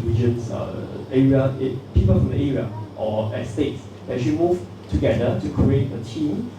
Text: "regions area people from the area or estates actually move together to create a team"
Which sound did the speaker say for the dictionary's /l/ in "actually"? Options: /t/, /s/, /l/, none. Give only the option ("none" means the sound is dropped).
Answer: none